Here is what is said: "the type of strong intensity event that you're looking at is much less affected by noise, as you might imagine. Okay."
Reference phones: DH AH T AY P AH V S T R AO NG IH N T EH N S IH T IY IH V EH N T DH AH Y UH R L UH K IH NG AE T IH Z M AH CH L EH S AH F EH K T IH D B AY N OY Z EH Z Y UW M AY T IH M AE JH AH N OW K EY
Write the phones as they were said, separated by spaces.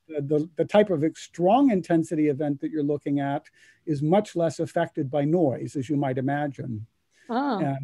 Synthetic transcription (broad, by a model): DH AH T AY P AH V S T R AO NG IH N T EH N S IH T IY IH V EH N DH AH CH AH R L UH K IH NG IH T IH Z M AH CH L EH S AH F EH K T IH D B AY N OY Z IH Z Y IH M AY T IH M AE JH AH N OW